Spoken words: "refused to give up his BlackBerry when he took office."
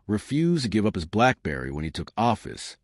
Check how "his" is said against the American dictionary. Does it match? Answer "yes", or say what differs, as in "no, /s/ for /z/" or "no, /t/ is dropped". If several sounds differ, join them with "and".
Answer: yes